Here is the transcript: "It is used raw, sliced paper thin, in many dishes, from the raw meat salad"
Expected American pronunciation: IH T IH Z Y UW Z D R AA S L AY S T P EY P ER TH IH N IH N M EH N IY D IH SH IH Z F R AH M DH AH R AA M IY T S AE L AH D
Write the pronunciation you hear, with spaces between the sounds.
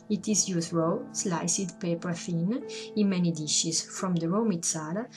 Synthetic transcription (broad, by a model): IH T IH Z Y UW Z R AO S L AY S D P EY P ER F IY N IH N M EH N IY D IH SH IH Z F R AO M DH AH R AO M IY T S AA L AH